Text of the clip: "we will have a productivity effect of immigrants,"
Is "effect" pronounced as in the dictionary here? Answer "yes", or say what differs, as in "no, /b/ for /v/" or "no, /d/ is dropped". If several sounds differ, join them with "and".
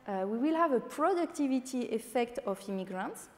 yes